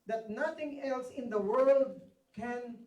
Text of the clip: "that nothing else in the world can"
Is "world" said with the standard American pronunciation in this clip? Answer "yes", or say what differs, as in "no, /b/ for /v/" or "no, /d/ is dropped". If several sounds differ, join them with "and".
yes